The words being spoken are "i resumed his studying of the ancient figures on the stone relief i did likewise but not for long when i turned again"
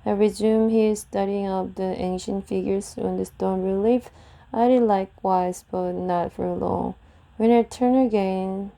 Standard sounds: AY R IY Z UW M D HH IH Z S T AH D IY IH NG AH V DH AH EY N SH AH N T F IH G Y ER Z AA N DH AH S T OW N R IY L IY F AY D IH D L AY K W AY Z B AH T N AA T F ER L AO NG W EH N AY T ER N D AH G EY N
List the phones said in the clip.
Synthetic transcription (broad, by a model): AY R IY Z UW M HH IH Z S T AH D IY IH NG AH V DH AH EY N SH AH N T F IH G Y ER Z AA N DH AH S T OW N R IY L IY F AY D IH D L AY K W AY Z B AH T N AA T F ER L AO NG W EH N AY T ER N AH G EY N